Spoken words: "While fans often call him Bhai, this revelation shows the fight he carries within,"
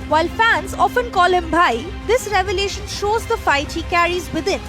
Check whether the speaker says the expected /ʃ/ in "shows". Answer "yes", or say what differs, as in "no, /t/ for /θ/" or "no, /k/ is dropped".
yes